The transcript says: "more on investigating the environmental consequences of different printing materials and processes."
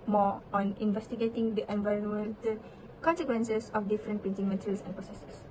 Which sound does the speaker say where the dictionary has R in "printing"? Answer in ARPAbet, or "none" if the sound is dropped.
none